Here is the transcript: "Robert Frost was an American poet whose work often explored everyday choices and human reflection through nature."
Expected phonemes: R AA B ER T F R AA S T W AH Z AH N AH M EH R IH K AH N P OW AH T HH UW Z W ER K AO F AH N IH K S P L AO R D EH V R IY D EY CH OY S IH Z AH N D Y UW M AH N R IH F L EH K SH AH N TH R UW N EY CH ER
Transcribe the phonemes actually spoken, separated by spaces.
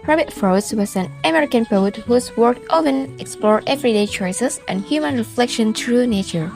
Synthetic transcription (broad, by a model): R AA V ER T F R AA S W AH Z AH N AH M EH R IH K AH N P OW AH T HH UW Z W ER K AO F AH N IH K S P L AO R EH V R IY D EY CH OY S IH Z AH N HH Y UW M AH N R IH F L EH K SH AH N T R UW N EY CH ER